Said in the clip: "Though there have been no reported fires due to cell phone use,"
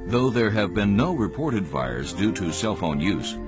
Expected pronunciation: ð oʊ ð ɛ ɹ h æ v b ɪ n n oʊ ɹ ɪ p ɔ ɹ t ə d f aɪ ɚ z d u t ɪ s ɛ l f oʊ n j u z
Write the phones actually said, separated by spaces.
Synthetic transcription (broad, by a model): ð oʊ ð ɛ ɹ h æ v b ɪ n n oʊ ɹ ɪ p ɔ ɹ t ə d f aɪ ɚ z d u t ɪ s ɛ l f oʊ n j u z